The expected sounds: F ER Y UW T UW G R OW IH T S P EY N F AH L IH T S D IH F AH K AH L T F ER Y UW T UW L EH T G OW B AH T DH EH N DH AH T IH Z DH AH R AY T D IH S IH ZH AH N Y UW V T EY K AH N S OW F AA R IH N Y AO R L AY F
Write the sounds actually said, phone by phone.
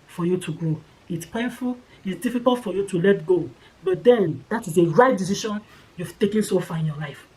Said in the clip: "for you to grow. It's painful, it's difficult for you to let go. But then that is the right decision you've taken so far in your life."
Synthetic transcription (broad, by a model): F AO Y UW T UW G OW IH T S P EY N F AH L IH T S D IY F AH K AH L T F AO Y UW T UW L EH T G OW B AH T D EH N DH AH T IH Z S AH R AY T D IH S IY SH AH N Y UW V T EY K AH N S OW F AA IH N Y AO L AY F